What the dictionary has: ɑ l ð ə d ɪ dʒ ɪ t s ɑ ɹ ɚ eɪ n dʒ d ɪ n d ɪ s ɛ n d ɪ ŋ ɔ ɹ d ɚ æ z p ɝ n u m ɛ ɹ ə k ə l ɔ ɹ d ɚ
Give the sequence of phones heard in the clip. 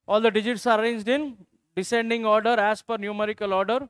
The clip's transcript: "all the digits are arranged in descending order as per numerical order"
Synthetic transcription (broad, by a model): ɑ l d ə d ɪ dʒ ɪ t s ɑ ɹ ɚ eɪ n dʒ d ɪ n d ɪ s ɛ n d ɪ ŋ ɔ ɹ d ɚ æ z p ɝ n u m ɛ ɹ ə k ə l ɔ ɹ d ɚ